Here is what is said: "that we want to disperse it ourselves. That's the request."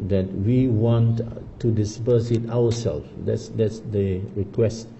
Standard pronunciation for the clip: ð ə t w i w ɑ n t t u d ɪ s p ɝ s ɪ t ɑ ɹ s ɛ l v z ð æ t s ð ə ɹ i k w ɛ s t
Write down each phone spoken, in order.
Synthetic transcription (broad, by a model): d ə t w i w ɑ n t t u d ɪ s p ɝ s ɪ t ɑ w s ɛ l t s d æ t s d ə ɹ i k w ɛ s t